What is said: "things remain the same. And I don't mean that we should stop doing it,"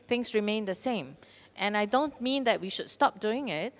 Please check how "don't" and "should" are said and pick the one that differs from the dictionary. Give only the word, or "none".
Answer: none